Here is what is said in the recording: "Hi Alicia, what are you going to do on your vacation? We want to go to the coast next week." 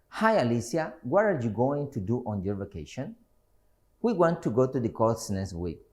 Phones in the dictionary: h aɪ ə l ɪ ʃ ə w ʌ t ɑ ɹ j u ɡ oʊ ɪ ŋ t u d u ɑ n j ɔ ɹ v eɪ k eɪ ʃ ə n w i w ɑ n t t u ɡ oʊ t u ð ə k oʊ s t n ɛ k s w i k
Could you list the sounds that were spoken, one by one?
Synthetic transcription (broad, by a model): h aɪ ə l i s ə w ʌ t ɑ ɹ j u ɡ oʊ ɪ ŋ t u d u ɑ n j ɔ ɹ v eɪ k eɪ ʃ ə n w i w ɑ n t t u ɡ oʊ t u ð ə k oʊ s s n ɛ s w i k